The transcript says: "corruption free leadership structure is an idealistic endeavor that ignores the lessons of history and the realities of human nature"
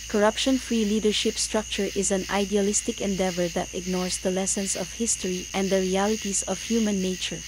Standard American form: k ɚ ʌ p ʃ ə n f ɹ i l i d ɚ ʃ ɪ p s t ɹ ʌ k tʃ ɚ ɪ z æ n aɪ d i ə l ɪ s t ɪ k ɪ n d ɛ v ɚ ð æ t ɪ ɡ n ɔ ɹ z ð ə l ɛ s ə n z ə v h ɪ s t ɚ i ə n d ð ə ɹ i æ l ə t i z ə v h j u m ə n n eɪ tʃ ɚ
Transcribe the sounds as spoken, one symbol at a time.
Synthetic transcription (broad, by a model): k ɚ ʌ p ʃ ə n f ɹ i l i d ɚ ʃ ɪ p s t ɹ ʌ k tʃ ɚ ɪ z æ n aɪ d i ə l ɪ s t ɪ k ɪ n d ɛ v ɚ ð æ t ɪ ɡ n ɔ ɹ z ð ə l ɛ s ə n s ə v h ɪ s t ɚ i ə n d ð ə ɹ i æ l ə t i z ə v h j u m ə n n eɪ tʃ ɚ